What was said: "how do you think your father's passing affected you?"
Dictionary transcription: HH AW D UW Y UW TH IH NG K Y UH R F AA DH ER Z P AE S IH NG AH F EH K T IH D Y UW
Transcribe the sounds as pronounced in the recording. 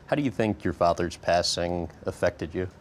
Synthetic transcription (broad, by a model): HH AW D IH Y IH TH IH NG K Y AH R F AA DH ER Z P AE S IH NG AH F EH K T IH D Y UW